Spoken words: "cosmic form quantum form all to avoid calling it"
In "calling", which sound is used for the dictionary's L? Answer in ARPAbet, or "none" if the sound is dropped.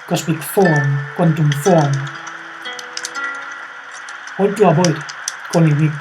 N